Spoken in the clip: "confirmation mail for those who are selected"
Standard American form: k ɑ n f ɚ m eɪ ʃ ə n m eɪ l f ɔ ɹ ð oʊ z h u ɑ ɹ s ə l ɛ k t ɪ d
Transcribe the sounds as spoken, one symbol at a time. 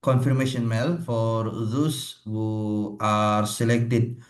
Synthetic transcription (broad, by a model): k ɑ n f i m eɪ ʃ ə n m eɪ l f ɔ ɹ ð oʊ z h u ɑ ɹ s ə l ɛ k t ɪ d